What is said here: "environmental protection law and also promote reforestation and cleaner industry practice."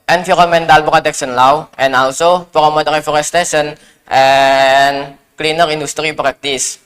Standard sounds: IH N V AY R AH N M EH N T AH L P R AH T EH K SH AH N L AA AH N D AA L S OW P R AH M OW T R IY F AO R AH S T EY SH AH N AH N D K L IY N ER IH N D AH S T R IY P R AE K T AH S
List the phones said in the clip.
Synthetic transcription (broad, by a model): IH N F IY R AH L M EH N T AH L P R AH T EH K S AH N L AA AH N AA L S OW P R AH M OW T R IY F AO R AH S T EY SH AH N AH N K L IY N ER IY N D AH S T R IY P R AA K T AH S